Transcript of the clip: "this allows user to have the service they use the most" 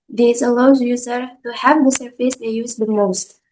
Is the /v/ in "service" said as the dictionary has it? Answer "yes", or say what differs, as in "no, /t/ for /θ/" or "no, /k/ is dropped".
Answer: no, /f/ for /v/